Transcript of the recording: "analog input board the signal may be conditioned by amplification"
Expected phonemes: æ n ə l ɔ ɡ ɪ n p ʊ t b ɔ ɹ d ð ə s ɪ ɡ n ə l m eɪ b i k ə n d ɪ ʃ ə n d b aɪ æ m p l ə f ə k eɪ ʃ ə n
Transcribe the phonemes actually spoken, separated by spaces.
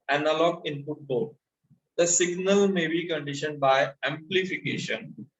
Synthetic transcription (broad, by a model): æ n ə l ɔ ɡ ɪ n f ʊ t b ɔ l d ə s ɪ ɡ n ə l m eɪ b i k ə n d ɪ ʃ ə n d b aɪ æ m p l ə f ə k eɪ ʃ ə n